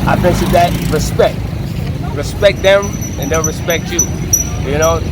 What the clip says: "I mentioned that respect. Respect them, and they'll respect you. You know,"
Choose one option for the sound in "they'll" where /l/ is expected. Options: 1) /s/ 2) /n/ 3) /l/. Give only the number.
2